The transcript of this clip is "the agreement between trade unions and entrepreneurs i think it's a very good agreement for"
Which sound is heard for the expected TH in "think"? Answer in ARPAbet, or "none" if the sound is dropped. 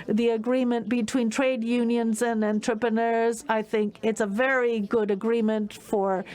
TH